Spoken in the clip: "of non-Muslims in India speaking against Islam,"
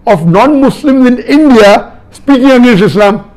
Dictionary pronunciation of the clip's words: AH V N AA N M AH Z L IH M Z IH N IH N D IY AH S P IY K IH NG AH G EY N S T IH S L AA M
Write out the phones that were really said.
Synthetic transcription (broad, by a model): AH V N AA N M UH S L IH M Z IH N IH N D IY AH S P IY K IH NG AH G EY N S IH S L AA M